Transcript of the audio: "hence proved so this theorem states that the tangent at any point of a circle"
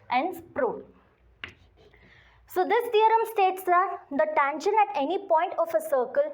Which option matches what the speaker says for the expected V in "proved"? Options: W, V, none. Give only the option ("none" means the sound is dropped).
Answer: none